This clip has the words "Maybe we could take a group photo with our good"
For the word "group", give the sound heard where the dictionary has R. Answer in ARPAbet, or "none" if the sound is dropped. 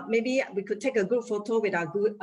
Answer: none